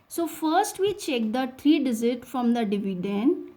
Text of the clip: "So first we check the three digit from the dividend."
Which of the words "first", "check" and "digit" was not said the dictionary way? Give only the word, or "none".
digit